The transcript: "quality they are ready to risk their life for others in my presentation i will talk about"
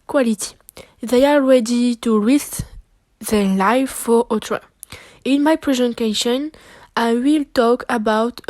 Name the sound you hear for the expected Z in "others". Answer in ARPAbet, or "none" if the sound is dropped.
none